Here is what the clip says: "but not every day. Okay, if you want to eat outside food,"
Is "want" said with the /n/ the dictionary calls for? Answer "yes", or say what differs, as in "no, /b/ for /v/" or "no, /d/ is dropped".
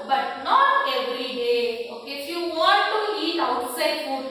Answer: no, /n/ is dropped